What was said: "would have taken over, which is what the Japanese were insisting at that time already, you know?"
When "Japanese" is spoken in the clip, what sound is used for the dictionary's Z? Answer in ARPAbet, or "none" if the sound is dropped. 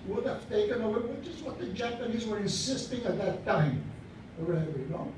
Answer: Z